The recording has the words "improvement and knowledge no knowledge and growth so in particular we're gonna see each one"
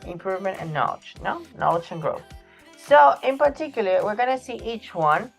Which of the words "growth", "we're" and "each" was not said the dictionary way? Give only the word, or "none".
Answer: none